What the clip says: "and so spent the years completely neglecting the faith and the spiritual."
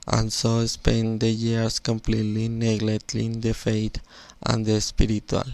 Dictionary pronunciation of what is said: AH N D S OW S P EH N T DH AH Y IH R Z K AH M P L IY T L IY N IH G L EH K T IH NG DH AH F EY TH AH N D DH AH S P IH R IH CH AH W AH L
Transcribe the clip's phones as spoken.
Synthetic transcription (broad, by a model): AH N S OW S P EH N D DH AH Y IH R S K AH M P L IY T L IY N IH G L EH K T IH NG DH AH F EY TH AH N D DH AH S P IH R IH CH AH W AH L